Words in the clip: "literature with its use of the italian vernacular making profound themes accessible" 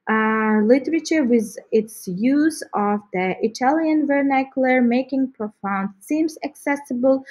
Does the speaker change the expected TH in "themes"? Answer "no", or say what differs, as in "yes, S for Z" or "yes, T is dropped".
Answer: yes, S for TH